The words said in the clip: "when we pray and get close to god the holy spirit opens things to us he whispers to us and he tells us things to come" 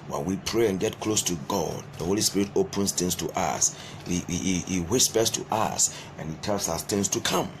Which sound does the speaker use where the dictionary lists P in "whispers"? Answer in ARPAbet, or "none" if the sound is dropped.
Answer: B